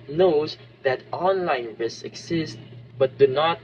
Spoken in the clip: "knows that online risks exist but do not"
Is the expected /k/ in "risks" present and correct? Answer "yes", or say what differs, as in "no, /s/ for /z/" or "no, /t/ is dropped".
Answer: no, /k/ is dropped